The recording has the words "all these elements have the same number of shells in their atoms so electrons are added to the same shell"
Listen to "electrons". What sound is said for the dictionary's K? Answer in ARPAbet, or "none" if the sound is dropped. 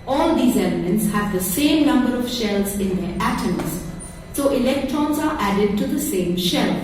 K